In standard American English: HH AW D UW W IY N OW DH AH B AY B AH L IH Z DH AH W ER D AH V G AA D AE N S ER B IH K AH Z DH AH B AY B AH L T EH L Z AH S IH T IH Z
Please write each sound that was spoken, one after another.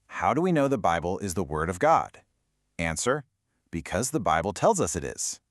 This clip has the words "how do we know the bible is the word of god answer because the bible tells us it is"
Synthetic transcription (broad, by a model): HH AW D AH W IY N OW DH AH B AY B L IH Z DH AH W ER D AH V G AA D AE N S ER B IH K AH Z DH AH B AY B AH L T EH L Z AH S IH T IH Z